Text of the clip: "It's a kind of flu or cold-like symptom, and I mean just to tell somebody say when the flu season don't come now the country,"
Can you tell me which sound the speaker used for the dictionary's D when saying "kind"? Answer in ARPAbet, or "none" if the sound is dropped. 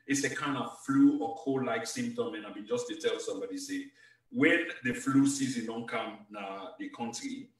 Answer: D